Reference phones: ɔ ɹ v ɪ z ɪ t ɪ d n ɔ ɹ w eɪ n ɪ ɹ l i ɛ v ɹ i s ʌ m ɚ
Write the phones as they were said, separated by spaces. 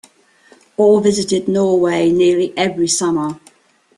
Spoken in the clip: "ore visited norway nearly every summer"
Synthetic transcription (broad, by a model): ɔ l v ɪ z ɪ t ɪ d n ɔ w eɪ n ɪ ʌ l i ɛ v ɹ i s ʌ m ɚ